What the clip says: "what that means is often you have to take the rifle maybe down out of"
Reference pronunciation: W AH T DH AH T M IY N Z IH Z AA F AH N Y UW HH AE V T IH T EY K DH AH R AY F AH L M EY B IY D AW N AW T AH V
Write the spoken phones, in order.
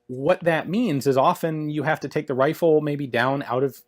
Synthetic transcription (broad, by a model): W AH T DH AH T M IY N Z IH Z AA F AH N Y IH HH AE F T IH T EY K DH AH R AY F L M EY B IY D AW N AW T AH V